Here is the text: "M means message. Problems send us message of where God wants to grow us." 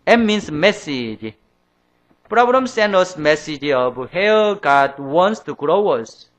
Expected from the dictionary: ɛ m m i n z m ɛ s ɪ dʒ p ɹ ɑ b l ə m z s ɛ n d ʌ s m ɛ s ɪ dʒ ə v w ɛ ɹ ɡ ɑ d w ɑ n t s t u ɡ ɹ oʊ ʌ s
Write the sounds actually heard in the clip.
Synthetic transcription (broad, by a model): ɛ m m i n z m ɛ s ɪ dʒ p ɹ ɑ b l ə m s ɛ n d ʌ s m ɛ s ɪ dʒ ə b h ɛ l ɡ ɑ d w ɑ n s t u ɡ ɹ oʊ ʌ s